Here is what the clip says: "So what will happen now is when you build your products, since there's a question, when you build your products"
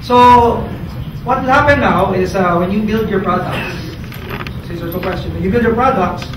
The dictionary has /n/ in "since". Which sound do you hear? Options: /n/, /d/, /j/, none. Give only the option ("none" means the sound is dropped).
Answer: none